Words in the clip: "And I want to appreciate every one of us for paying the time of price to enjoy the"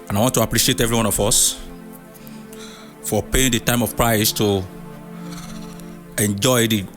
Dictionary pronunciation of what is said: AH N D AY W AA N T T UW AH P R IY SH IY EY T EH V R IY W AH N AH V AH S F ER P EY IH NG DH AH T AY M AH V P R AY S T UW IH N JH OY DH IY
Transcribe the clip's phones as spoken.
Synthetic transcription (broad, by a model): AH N AY W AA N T T UW AH P R IY SH IY EY T EH V R IY W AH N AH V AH S F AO P EY IH NG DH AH T AY M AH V P R AY S T UW IH N JH OY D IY